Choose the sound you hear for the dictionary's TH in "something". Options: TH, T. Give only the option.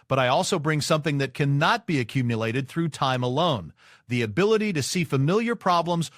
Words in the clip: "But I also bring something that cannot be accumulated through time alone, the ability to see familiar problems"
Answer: TH